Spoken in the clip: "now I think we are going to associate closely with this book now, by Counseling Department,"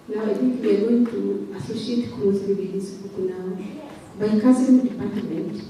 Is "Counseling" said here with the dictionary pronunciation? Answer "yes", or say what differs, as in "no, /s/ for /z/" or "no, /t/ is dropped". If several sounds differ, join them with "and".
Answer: no, /n/ is dropped and /l/ is dropped